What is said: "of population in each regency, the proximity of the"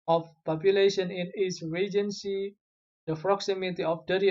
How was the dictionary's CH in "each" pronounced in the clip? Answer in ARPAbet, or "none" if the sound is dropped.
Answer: S